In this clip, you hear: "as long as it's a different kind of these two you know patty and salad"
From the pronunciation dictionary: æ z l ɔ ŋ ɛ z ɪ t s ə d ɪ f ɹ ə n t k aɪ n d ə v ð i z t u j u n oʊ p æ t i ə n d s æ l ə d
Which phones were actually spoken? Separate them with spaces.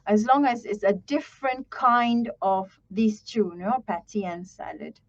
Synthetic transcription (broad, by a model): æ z l ɔ ŋ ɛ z ɪ t s ə d ɪ f ɹ ə n t k aɪ n d ə v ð i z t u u n oʊ p æ t i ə n s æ l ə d